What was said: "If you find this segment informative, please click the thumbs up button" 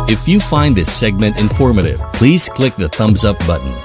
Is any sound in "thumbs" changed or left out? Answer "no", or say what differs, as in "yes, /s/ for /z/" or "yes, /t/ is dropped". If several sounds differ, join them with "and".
no